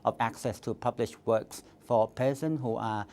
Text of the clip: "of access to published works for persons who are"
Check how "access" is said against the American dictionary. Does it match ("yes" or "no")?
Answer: yes